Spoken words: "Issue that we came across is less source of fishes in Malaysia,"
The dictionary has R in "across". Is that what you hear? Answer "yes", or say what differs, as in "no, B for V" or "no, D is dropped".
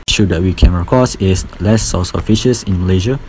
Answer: no, R is dropped